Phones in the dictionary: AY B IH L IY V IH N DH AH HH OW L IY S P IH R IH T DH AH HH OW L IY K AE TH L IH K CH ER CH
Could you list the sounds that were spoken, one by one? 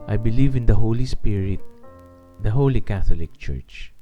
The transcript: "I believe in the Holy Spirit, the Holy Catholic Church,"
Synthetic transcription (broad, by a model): AY B IH L IY V IH N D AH HH OW L IY S P IH R IH T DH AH HH OW L IY K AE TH L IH K CH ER CH